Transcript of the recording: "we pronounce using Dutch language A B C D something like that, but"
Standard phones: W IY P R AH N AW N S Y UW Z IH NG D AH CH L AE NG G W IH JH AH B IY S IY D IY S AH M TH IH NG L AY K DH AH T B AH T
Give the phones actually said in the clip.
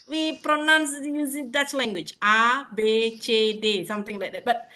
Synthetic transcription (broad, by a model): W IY P R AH N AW N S Y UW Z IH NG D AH S L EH NG G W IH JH AH B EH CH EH D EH S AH M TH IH NG L AY K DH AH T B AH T